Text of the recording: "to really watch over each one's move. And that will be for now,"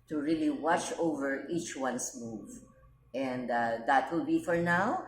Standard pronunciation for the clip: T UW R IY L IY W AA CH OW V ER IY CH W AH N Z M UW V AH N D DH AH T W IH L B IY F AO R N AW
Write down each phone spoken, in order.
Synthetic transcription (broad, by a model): T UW R IY L IY W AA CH OW V ER IY CH W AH N S M UW V AH N D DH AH T W IH L B IY F AO R N AW